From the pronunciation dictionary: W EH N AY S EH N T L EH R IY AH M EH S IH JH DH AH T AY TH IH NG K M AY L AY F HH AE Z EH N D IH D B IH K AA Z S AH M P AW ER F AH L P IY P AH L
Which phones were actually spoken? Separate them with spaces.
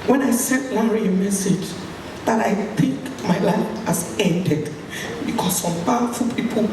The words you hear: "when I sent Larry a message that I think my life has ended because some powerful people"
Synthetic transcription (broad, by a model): W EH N AY S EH T W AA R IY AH M EH S IH JH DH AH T AY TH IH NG K M AY L AY F HH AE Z EH N D IH D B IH K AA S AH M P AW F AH P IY P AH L